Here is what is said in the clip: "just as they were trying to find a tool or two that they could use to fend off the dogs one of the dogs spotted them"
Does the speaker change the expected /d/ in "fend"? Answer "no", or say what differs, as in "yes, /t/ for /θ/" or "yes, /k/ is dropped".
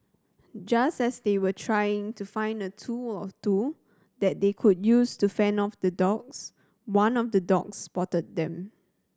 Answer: yes, /d/ is dropped